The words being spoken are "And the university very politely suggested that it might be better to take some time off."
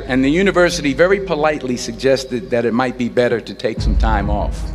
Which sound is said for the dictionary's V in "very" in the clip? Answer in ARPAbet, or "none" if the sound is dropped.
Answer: V